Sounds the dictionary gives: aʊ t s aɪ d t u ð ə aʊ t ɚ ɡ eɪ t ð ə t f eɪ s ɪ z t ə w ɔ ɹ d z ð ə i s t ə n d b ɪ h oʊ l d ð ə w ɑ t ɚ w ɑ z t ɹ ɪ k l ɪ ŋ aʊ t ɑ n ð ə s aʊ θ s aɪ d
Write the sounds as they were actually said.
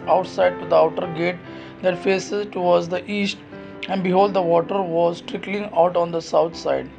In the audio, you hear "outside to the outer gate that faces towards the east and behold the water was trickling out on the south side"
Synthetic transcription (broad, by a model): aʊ t s aɪ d t u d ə aʊ t ɚ ɡ eɪ t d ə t f eɪ s ɪ z t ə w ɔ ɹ d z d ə i s t ə n d b ɪ h oʊ l d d ə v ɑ t ɚ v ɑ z t ɹ ɪ k l ɪ ŋ aʊ t ɑ n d ə s aʊ t s aɪ d